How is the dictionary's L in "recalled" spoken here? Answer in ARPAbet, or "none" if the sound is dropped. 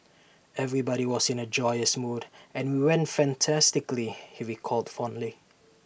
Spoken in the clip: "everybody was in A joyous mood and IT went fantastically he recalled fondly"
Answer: L